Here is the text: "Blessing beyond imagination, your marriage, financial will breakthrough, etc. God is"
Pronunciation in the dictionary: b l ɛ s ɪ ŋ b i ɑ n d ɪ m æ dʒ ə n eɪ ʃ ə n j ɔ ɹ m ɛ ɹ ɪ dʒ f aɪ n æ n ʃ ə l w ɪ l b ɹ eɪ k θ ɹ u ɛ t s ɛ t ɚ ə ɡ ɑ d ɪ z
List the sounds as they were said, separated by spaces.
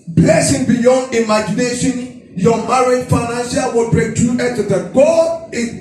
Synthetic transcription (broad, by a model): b l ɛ s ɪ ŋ b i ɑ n d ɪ m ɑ dʒ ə n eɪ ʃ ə n j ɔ m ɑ ɹ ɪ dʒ f aɪ n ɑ n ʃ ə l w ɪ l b ɹ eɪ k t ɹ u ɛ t ɛ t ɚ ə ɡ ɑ ɪ